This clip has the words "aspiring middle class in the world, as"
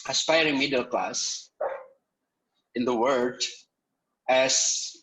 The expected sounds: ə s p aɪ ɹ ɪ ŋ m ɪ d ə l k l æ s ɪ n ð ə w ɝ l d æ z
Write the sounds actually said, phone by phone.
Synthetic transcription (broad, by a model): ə s p aɪ ɹ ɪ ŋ m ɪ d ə l k l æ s ɪ n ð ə w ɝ d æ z